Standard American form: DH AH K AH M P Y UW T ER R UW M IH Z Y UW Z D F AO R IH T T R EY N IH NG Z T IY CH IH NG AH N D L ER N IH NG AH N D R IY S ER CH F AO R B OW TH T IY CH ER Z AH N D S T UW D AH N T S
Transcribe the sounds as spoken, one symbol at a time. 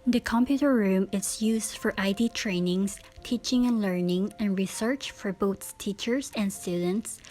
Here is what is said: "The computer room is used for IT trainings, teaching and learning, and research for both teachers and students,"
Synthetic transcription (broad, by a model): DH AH K AH M P Y UW T ER R UW M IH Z Y UW Z D F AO R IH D T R EY N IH NG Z T IY CH IH NG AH N L ER N IH NG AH N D R IY S ER CH F AO R B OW S T IY CH ER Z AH N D S T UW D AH N T S